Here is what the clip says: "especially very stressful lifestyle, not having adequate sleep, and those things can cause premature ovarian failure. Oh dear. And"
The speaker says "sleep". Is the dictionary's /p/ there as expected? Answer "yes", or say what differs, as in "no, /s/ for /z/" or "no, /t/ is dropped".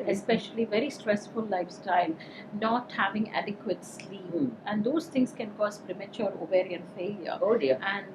no, /p/ is dropped